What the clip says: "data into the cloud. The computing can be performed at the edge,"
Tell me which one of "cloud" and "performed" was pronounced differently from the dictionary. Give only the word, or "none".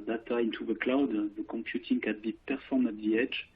performed